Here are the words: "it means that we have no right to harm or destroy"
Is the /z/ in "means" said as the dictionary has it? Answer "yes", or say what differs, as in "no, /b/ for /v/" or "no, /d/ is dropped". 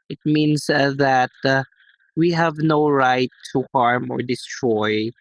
no, /s/ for /z/